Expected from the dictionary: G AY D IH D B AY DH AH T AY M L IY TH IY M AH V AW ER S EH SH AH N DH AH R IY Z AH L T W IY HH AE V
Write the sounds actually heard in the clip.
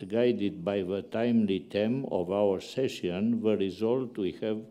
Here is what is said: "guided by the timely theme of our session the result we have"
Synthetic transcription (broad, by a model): G AY D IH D B AY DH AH T AY M L IY T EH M AH V AW ER S EH SH AH N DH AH R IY Z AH L T W IY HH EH V